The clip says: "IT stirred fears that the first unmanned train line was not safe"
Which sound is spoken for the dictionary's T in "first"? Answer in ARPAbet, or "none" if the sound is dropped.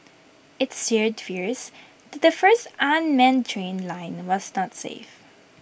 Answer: T